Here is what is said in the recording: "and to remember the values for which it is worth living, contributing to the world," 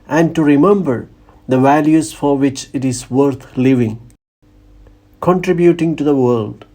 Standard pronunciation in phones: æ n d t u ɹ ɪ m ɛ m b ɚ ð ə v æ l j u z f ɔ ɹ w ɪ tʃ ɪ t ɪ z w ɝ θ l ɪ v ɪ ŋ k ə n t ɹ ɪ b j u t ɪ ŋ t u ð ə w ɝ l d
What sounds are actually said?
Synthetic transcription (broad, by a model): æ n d t u ɹ ɪ m ɛ m b ɚ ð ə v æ l j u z f ɔ ɹ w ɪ tʃ ɪ t ɪ z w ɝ t l ɪ v ɪ ŋ k ə n t ɹ ɪ b j u t ɪ ŋ t u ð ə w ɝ l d